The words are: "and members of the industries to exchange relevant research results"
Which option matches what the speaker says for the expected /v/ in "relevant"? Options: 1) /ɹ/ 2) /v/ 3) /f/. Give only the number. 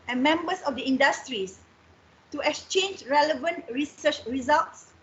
2